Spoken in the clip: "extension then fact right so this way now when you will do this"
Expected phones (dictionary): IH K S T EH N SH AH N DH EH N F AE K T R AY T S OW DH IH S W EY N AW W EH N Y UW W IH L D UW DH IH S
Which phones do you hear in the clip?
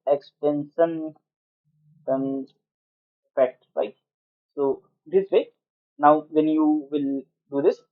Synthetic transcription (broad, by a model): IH K S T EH N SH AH N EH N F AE T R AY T S OW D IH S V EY N AW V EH N Y UW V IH L D UW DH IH S